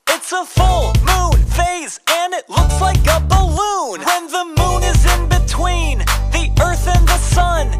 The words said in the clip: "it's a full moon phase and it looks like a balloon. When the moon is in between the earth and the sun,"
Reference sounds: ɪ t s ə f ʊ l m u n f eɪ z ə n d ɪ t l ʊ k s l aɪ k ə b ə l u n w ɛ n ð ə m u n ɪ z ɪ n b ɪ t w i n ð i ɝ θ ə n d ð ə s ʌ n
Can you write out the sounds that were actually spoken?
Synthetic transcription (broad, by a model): ɪ t s ə f ʊ l m u n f eɪ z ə n ɪ t l ʊ k s l aɪ k ə b ə l u n w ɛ n ð ə m u n ɪ z ɪ n b ɪ t w i n ð i ɝ θ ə n ð ə s ʌ n